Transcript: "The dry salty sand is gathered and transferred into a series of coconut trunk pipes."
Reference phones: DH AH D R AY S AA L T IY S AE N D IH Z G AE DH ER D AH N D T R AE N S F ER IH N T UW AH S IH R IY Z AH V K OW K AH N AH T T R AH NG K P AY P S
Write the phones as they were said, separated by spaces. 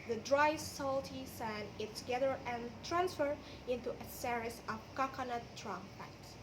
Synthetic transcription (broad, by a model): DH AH D R AY S AA L T IY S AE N IH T G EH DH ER AH N T R AE N S F ER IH N T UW AH S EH R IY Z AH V K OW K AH N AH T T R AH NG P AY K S